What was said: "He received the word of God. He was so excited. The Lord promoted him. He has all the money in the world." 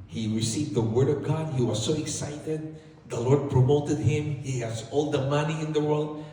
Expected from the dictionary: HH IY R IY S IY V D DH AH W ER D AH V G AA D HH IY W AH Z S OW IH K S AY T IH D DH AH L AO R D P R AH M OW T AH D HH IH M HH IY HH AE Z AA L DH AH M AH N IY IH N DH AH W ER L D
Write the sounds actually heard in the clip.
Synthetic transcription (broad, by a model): HH IY R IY S IY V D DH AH W ER D AH V G AA D HH IY W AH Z S OW IH K S AY T IH D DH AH L AO R D P R AH M OW T AH D HH IH M HH IY HH AE Z AA L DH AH M AH N IY IH N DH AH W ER L D